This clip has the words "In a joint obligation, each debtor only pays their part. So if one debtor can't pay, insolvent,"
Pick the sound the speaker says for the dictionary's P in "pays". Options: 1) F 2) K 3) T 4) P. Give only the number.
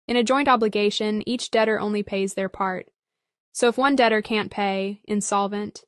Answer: 4